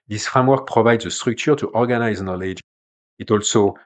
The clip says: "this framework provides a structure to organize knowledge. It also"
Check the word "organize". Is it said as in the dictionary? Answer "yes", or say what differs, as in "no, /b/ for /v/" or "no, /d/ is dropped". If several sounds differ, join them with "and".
yes